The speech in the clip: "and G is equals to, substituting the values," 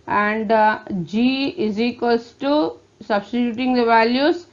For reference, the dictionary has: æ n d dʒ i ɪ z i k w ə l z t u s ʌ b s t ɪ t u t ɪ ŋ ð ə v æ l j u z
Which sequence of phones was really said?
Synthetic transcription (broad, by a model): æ n d dʒ i ɪ z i k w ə l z t u s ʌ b s t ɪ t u t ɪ ŋ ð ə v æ l j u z